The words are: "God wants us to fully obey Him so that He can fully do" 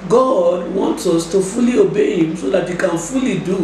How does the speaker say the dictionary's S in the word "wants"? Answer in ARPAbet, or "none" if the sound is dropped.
S